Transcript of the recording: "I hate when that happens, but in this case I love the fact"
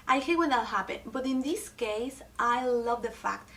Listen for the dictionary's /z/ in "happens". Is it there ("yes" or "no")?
no